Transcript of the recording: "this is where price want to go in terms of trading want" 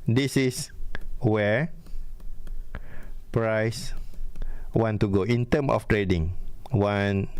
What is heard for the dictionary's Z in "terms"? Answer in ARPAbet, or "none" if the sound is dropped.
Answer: none